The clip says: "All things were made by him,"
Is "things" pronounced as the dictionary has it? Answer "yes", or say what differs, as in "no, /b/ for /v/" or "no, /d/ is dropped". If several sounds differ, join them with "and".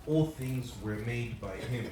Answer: yes